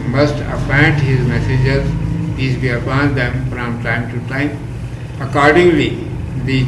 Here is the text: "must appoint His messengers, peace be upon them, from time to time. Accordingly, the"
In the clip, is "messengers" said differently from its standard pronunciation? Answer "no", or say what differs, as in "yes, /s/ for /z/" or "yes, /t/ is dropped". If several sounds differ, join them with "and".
yes, /n/ is dropped